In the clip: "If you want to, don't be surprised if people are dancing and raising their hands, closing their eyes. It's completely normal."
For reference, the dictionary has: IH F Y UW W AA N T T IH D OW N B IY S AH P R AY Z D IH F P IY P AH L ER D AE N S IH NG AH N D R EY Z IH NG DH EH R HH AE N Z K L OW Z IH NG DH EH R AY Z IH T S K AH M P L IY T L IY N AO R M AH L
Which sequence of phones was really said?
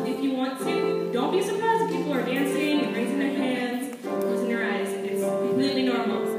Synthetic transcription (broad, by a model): IH F Y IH W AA N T T IH D OW N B IY S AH P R AY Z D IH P IY P L ER D AE N S IH NG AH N R EY Z IH NG DH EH R HH AE N Z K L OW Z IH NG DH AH R AY Z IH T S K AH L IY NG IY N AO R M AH